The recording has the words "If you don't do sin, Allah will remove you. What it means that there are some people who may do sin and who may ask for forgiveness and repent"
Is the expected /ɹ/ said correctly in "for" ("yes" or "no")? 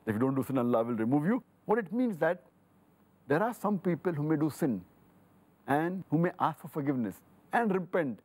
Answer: yes